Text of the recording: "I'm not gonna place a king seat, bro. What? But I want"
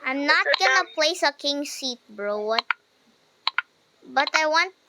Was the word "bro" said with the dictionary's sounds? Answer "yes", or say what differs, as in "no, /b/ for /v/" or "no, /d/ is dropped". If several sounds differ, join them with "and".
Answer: yes